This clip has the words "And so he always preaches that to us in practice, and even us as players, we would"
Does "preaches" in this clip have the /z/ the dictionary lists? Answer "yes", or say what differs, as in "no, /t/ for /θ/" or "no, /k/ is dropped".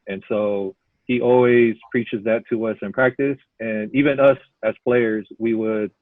yes